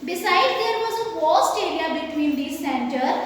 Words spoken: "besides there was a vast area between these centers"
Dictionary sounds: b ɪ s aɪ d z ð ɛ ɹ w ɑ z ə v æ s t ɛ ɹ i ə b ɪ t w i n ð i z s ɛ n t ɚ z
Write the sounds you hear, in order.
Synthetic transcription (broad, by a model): b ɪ s aɪ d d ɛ ɹ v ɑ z ə f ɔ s t ɛ ɹ i ə b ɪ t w i n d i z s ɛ n t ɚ